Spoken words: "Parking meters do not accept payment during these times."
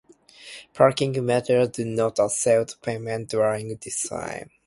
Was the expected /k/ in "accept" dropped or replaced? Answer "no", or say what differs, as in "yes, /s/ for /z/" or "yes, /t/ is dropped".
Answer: yes, /k/ is dropped